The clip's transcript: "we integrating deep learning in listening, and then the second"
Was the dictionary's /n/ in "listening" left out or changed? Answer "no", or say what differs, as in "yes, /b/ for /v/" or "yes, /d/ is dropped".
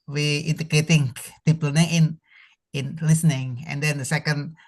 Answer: no